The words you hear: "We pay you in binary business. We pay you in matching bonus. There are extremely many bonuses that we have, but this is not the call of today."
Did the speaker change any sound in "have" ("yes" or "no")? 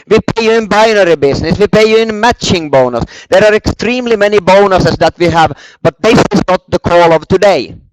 no